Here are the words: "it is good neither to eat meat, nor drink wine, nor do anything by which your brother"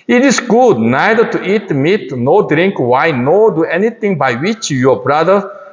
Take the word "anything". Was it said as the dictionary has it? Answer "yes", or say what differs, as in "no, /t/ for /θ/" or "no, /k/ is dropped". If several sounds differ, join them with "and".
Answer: no, /t/ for /θ/